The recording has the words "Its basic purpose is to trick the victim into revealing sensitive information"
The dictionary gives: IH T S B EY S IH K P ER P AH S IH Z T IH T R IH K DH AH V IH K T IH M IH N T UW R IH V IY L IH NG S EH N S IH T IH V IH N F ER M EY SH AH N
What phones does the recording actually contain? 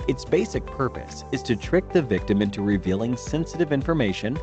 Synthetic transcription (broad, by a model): IH T S B EY S IH K P ER P AH S IH Z T IH T R IH K DH AH V IH K T IH M IH N T UW R IH V IY L IH NG S EH N S IH T IH V IH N F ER M EY SH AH N